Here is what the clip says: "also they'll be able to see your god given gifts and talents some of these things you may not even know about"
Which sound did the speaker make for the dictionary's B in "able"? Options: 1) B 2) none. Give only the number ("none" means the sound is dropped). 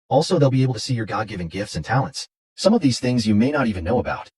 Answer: 2